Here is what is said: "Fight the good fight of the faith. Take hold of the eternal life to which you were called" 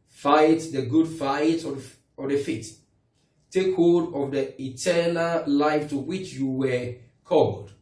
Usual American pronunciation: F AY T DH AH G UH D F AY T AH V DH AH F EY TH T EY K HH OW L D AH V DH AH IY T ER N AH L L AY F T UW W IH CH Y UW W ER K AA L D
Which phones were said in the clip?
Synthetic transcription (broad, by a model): F AY T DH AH G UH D F AY T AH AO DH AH F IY T T EY K HH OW D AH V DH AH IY T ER N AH L L AY F T UW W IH CH Y UW W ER K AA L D